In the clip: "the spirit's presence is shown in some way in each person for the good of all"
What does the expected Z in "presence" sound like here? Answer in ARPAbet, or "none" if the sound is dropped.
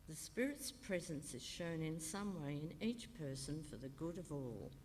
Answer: Z